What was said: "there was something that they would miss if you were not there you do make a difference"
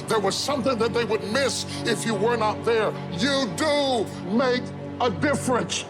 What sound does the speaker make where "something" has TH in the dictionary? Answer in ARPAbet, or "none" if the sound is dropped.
TH